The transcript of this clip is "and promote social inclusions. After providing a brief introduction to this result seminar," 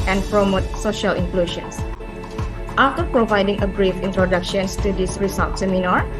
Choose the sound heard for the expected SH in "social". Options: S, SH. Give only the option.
SH